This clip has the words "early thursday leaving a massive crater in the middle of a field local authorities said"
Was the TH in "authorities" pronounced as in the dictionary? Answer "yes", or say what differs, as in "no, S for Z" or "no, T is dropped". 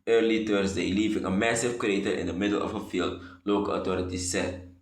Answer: no, T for TH